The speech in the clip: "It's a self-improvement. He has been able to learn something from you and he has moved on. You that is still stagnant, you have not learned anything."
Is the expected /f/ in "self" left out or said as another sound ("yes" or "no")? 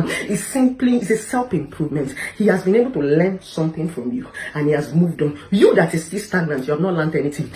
yes